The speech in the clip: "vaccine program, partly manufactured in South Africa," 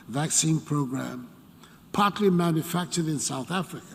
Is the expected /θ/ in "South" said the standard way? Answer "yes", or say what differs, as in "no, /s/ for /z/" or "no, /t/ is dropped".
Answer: yes